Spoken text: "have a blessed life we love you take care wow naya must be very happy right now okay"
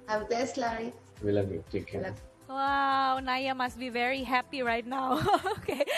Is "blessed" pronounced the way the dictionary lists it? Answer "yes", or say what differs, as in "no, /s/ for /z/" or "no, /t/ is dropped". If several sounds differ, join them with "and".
no, /l/ is dropped